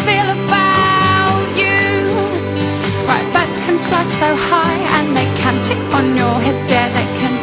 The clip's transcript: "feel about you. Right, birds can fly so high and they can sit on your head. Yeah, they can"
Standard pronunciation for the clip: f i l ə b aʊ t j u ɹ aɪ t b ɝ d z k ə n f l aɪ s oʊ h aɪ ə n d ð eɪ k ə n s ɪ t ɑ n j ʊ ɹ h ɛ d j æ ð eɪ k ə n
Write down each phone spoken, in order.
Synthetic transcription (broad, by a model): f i l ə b aʊ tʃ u ɹ aɪ t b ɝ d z k ə n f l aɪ s oʊ h aɪ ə n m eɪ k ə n ʃ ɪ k n j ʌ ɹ h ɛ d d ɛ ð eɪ k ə n